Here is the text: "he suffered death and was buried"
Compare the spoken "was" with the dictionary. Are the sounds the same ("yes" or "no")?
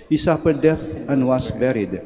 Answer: no